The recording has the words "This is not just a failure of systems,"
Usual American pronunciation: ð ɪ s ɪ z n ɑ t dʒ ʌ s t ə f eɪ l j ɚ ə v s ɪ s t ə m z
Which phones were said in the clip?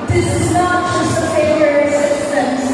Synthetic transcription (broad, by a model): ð ɪ s ɪ z n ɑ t dʒ ʌ s t ə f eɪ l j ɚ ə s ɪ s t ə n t